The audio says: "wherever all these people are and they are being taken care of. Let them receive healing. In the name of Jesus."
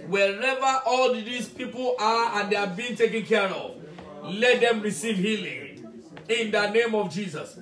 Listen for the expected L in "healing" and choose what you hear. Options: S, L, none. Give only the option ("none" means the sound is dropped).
L